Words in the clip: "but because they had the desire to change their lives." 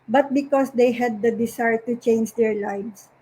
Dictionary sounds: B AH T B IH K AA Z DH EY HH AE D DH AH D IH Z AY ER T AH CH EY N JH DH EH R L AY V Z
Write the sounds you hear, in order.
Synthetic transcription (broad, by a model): B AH T B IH K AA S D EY HH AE D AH D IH S AY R T AH CH EY N JH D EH R L AY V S